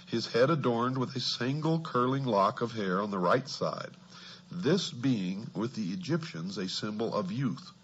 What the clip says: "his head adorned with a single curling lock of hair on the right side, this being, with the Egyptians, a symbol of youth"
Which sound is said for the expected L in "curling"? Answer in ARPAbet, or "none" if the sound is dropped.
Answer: L